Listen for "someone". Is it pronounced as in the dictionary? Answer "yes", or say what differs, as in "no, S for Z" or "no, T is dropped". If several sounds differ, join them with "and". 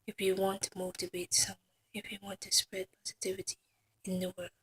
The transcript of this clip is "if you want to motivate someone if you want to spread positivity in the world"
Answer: no, N is dropped